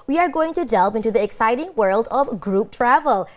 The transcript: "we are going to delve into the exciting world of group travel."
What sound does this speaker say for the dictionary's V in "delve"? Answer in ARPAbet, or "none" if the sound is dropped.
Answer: P